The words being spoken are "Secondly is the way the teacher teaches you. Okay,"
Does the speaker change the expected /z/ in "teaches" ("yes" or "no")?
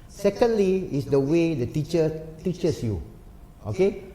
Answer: yes